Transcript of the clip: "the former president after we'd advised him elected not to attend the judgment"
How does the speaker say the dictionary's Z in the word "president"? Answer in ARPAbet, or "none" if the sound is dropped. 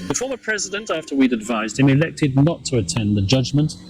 Z